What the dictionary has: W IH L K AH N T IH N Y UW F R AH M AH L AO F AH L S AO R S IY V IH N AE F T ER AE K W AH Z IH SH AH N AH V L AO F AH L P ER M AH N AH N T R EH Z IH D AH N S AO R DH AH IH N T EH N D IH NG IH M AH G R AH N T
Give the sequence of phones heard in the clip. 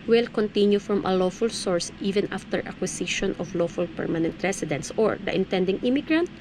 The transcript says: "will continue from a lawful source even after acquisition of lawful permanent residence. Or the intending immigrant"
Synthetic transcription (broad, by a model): W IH L K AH N T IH N Y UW F R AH M AH L AO F AH L S AO R S IY V IH N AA F T ER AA K W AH S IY SH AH N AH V L AO F AH L P ER M AH N AH N T R EH S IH D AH N S AO R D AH IH N T EH N D IH NG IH M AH G R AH N T